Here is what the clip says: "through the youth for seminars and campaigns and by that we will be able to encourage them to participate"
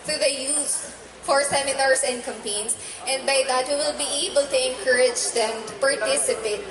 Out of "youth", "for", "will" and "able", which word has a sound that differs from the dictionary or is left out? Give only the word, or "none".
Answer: youth